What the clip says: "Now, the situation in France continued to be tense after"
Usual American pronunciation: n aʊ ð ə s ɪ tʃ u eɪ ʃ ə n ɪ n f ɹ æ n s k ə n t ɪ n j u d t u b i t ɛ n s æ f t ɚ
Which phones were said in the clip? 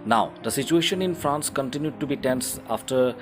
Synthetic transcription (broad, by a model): n aʊ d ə s ɪ tʃ u eɪ ʃ ə n ɪ n f ɹ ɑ n s k ə n t ɪ n j u d t u b i t ɛ n s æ f t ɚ